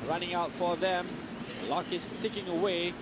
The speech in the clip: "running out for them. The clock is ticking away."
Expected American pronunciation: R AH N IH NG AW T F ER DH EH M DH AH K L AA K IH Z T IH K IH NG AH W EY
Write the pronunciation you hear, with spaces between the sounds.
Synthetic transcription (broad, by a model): R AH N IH NG AW T F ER DH EH M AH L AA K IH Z T IH K IH NG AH W EY